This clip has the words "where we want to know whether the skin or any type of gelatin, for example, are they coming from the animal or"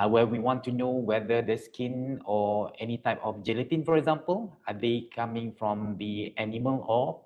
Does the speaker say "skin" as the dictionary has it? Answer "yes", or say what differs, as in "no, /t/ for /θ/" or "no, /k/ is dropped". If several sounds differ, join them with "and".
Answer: yes